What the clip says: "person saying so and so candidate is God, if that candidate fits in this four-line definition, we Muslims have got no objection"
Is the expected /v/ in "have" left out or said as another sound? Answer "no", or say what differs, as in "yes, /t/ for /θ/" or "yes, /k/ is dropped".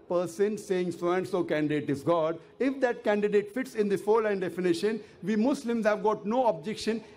no